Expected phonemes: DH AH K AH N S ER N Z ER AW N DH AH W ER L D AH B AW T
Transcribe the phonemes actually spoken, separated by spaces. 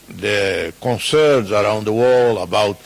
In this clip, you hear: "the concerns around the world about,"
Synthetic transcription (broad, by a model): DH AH K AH N S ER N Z ER AW N DH AH W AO L AH B AW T